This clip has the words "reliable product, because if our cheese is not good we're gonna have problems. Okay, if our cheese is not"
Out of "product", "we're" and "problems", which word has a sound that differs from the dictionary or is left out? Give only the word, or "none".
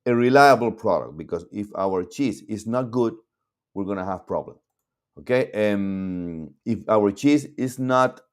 problems